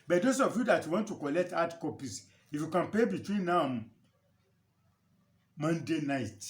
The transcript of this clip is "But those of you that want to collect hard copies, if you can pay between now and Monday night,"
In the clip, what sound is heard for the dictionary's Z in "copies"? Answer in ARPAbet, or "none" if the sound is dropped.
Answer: S